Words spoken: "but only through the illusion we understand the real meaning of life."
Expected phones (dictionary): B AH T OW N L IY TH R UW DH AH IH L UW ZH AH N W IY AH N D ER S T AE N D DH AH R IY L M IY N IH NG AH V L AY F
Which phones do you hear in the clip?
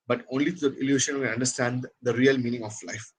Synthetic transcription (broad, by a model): B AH T OW N L IY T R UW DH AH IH L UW SH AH N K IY AH N D ER S T AE N D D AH R IY L M IY N IH NG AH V L AY F